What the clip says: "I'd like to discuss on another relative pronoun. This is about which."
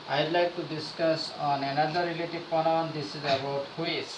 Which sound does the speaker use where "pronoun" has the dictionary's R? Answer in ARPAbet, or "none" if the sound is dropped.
none